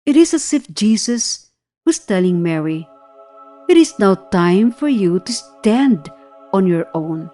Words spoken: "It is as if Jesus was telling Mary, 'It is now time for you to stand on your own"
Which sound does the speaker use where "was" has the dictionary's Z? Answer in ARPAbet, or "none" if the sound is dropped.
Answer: S